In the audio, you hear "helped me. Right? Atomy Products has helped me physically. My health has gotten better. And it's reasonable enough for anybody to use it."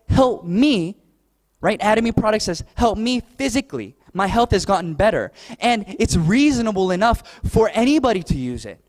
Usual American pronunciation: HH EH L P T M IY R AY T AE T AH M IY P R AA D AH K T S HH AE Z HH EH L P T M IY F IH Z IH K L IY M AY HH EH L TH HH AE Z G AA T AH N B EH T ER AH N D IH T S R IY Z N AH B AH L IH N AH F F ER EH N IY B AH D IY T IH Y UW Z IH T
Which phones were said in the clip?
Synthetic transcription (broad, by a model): HH EH L P M IY R AY T AE T AH M IY P R AA D AH K T S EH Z HH EH L P M IY F IH Z IH K L IY M AY HH EH L TH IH Z G AA T N B EH T ER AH N IH T S R IY Z N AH B L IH N AH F F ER EH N IY B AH D IY T IH Y UW Z IH T